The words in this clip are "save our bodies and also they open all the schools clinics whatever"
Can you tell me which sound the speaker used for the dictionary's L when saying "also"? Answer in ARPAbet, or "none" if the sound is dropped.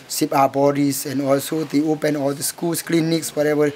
L